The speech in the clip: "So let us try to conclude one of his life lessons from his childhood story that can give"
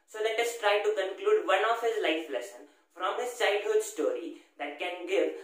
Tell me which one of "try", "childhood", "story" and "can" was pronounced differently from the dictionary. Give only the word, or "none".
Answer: childhood